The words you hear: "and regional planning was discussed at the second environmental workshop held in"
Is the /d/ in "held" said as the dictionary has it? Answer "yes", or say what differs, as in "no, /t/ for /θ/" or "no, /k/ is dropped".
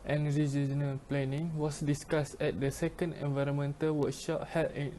no, /d/ is dropped